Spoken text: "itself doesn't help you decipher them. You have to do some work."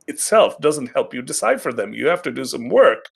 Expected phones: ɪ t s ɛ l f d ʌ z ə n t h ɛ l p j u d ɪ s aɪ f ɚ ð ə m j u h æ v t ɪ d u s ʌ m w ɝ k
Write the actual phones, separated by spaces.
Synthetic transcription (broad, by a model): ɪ t s ɛ l f d ʌ z ə n t h ɛ l p j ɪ d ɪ s aɪ f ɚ ð ə m j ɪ h æ f t ɪ d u s ʌ m w ɝ k